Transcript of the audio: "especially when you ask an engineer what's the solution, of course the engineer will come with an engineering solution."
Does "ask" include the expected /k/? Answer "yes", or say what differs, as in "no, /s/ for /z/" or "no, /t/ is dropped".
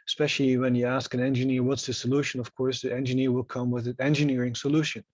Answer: yes